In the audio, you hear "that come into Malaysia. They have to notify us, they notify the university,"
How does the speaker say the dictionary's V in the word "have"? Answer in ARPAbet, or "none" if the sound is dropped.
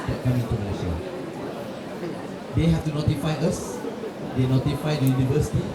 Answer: F